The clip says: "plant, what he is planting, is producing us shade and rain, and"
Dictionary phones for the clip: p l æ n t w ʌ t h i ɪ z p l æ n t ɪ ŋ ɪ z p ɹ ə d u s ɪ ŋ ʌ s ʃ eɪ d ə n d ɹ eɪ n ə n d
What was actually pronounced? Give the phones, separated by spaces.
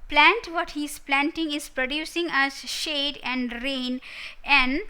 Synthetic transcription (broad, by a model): p l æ n t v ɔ t h i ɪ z p l æ n t ɪ ŋ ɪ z p ɹ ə d u s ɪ ŋ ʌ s ʃ eɪ d ə n d ɹ eɪ n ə n d